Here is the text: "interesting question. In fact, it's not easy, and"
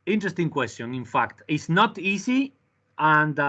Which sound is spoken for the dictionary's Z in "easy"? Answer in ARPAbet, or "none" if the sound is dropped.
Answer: S